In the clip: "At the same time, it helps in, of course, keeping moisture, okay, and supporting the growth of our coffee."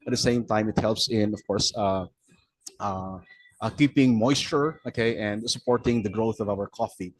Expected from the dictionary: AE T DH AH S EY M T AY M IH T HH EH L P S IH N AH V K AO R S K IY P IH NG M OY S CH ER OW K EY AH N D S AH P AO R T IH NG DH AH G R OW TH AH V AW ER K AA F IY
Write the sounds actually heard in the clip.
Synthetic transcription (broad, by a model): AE T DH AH S EY M T AY M IH T HH EH L P S IH N AH V K AO R S K IY P IH NG M OY S CH ER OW K EY AH N D S AH P AO R T IH NG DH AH G R OW TH AH V AW ER K AA F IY